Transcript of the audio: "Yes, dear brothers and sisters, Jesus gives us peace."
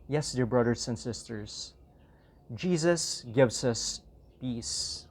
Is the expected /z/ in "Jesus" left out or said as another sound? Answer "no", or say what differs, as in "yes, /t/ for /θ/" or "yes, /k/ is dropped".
no